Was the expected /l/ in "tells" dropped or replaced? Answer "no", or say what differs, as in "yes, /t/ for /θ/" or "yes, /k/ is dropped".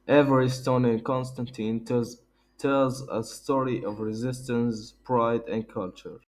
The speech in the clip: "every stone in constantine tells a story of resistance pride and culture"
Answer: no